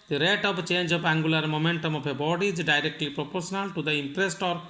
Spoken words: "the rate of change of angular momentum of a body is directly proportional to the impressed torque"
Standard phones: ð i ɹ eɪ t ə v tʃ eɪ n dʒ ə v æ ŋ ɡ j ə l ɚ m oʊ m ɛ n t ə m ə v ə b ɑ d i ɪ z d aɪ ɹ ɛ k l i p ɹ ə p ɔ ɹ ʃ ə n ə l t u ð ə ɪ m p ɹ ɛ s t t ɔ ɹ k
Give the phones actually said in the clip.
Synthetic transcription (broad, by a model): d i ɹ eɪ t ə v tʃ eɪ n dʒ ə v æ ŋ ɡ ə l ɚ m oʊ m ɛ n t ə m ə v ə b ɑ d i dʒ d aɪ ɹ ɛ k l i p ɹ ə p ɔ ɹ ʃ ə n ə l t u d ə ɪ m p ɹ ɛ s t t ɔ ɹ